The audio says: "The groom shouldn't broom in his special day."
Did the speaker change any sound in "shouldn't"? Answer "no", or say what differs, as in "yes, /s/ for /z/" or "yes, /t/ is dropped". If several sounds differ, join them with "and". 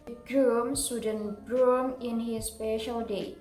yes, /s/ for /ʃ/